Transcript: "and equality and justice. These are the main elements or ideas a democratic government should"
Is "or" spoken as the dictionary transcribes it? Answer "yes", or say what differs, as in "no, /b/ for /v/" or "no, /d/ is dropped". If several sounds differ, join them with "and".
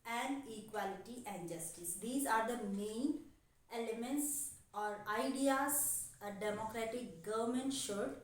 yes